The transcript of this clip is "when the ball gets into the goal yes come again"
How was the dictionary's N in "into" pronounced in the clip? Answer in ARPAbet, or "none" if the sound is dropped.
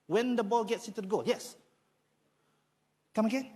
none